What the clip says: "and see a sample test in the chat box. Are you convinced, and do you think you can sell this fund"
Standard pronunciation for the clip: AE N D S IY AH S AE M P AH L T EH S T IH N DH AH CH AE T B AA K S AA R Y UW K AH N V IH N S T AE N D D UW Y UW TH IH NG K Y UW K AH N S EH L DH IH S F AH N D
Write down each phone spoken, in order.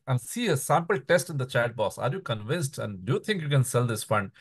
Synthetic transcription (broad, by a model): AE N D S IY AH S AE M P AH L T EH S T IH N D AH CH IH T B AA S AA R Y UW K AH N V IH N S T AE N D D UW Y UW T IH NG K Y UW K AH N S EH L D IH S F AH N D